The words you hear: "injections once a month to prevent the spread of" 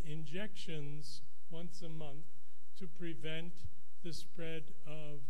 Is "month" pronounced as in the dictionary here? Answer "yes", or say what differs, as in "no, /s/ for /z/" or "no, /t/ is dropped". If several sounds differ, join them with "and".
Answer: yes